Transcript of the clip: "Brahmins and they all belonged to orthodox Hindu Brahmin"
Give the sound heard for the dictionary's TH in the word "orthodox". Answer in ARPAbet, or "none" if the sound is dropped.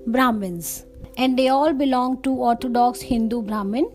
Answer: T